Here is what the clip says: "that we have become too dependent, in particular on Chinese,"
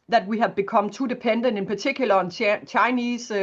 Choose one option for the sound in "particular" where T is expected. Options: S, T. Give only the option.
S